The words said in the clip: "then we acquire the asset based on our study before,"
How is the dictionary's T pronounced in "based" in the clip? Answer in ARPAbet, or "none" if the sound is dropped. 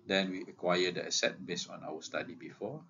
none